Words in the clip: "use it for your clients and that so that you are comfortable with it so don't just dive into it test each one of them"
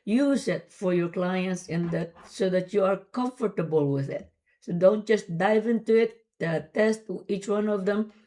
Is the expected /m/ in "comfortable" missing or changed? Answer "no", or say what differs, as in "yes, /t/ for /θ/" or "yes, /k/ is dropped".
no